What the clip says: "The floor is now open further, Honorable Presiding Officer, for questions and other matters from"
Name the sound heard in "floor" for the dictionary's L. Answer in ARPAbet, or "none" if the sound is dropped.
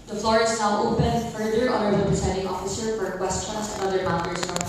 L